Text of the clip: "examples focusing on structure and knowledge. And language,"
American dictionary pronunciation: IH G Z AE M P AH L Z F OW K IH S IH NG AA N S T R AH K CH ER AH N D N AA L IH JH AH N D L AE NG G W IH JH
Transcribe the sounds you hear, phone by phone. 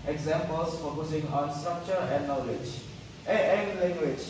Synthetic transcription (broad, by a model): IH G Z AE M P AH L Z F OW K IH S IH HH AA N S T R AH K CH ER AH N D N AA L IH JH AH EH L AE NG G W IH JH